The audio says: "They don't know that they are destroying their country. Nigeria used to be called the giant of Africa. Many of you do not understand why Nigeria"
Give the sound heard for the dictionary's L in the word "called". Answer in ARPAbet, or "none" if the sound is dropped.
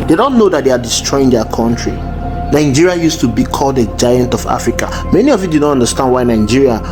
L